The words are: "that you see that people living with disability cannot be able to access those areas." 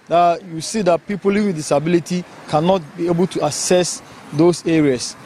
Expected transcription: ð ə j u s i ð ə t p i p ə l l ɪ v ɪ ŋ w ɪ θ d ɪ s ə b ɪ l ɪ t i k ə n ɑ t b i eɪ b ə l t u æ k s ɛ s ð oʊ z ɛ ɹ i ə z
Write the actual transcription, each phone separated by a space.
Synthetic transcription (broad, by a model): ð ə j u s i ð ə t p i p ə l l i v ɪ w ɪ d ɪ s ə b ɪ l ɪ t i k ə n ɑ t b i eɪ b ə l t u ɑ s ɛ s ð oʊ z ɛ ɹ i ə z